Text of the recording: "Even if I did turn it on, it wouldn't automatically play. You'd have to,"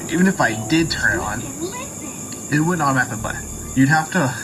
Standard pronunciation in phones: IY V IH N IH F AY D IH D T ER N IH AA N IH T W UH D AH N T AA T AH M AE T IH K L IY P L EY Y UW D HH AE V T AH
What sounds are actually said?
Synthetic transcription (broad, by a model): IY V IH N IH F AY D IH D T ER N IH N IH T W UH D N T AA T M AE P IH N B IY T Y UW D HH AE F T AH